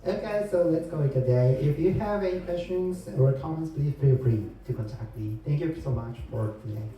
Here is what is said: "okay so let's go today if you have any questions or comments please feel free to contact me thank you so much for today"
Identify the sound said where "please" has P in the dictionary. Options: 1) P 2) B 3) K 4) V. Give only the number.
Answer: 2